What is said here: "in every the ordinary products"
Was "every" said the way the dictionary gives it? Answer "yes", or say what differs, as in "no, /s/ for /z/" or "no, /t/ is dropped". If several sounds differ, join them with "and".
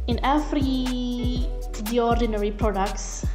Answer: no, /f/ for /v/